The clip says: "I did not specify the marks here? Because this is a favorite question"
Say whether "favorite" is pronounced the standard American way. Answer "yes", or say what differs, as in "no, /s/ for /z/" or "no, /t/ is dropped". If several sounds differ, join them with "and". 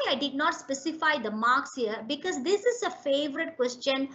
yes